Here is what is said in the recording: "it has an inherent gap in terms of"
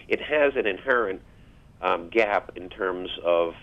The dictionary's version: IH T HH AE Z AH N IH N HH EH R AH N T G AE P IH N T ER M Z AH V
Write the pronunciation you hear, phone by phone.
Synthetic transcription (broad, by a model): IH T HH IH Z AH N IH N HH EH R AH N T G AE P IH N T ER M Z AH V